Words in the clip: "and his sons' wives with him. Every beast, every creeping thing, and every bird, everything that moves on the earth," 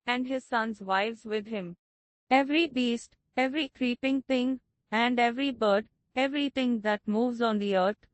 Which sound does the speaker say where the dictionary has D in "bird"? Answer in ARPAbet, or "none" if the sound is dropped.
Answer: D